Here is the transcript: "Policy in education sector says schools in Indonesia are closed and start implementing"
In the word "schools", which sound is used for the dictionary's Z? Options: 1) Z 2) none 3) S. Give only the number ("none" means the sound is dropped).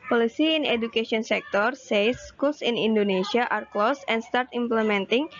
3